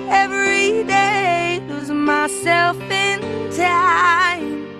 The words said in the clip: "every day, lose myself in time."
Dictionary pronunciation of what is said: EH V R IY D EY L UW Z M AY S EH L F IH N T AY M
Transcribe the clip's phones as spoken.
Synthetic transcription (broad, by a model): EH V R IY D EY W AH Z M AY S EH L F IH N T AY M